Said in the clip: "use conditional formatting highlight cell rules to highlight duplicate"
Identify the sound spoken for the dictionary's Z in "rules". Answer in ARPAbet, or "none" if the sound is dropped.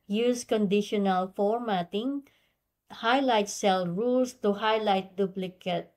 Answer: S